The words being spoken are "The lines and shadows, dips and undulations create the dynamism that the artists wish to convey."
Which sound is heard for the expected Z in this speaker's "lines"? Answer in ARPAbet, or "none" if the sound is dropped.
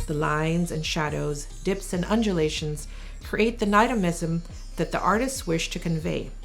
Z